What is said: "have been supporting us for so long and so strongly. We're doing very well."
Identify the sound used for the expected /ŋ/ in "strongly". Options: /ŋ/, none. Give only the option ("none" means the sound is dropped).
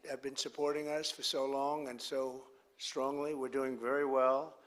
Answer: /ŋ/